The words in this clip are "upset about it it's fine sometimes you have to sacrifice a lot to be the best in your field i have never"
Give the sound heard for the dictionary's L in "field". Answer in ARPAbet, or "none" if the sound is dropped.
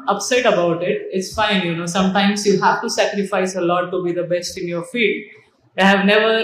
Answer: none